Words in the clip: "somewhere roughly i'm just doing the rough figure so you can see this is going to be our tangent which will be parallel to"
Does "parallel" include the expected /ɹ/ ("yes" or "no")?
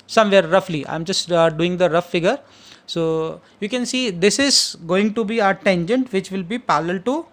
no